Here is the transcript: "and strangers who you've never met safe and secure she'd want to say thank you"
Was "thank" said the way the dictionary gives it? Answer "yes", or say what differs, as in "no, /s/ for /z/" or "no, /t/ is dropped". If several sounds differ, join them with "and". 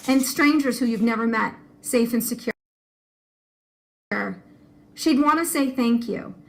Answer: yes